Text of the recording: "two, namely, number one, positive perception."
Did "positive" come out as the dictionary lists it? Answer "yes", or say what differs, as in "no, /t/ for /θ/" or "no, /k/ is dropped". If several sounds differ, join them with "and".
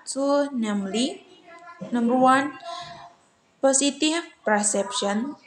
no, /s/ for /z/ and /f/ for /v/